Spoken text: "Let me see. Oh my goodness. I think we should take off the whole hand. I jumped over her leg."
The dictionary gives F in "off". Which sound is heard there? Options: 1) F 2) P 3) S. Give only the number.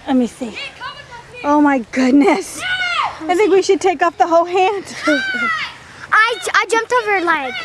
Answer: 2